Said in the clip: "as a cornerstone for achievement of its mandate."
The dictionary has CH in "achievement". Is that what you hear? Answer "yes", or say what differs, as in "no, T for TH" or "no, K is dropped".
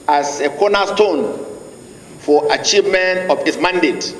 yes